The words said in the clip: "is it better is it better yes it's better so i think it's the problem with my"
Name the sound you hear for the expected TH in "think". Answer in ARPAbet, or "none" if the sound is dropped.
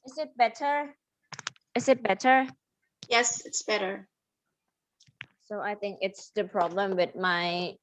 TH